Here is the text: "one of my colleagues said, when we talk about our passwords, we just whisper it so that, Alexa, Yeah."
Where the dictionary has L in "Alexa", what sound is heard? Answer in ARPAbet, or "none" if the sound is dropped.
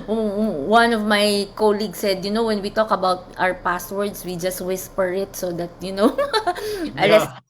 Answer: N